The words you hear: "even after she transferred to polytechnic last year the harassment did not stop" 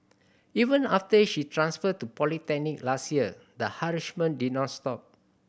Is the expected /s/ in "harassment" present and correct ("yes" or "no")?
no